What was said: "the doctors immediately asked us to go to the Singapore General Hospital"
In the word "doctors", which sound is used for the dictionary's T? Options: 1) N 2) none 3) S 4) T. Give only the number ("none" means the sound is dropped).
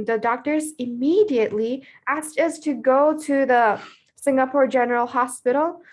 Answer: 4